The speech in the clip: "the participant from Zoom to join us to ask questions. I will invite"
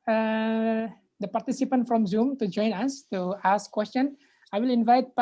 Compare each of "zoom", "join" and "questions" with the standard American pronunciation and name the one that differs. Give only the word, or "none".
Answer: questions